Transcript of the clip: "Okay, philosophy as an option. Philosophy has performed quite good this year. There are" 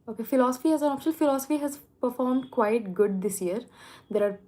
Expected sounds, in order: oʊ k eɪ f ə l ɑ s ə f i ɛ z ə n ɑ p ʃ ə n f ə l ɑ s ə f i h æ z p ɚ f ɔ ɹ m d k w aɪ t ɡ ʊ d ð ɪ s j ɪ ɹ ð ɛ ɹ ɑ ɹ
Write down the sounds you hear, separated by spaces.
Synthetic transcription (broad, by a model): oʊ k eɪ f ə l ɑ s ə f i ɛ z ə n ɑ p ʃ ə l f ə l ɑ s ə f i h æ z p ɚ f ɔ ɹ m d k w aɪ t ɡ ʊ d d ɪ s j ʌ ɹ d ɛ ɹ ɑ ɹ